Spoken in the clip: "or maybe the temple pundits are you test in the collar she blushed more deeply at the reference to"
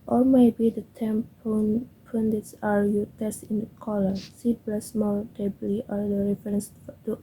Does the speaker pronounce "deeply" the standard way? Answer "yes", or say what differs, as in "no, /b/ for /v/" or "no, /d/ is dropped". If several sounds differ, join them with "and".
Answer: no, /b/ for /p/